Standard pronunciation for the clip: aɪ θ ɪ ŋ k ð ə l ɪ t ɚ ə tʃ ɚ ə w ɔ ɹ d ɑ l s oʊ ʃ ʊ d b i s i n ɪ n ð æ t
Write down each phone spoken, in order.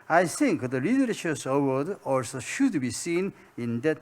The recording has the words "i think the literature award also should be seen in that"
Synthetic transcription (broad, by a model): aɪ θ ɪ ŋ k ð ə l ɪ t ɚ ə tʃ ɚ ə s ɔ w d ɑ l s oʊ ʃ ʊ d b i s i n ɪ n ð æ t